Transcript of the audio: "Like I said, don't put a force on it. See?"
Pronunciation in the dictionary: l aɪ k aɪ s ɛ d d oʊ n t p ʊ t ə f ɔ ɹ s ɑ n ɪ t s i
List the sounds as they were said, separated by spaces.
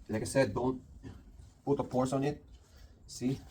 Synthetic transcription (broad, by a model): l aɪ k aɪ s ɛ d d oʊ n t p ʊ t ə p ɔ ɹ s ɑ n ɪ t s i